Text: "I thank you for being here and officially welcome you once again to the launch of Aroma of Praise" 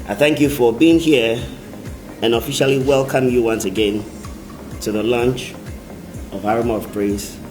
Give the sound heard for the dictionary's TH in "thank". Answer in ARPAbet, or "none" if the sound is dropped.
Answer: TH